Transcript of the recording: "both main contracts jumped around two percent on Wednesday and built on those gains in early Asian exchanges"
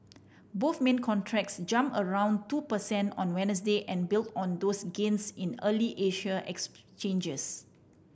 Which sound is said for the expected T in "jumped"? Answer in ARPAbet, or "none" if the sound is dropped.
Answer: none